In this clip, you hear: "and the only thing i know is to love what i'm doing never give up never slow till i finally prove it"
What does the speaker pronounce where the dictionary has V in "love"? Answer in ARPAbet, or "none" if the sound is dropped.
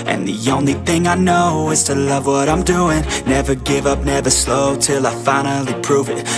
V